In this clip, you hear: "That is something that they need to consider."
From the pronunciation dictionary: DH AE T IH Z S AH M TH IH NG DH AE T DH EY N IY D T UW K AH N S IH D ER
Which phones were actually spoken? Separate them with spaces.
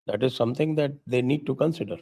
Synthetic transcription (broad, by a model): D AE T IH Z S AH M T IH NG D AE T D EY N IY D T UW K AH N S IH D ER